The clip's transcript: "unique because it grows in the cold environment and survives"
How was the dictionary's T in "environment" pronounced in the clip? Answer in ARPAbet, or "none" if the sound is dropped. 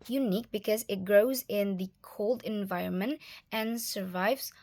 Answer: T